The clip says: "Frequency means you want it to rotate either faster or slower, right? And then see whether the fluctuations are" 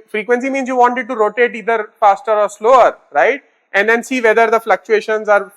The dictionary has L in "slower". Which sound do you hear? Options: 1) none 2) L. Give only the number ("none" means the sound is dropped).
2